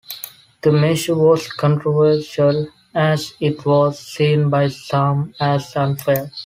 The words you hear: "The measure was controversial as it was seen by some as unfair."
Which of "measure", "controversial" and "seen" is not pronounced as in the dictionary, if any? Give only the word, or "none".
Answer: measure